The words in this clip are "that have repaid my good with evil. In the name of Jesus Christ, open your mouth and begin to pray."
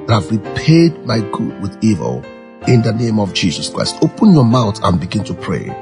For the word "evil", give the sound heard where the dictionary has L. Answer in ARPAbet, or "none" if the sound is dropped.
L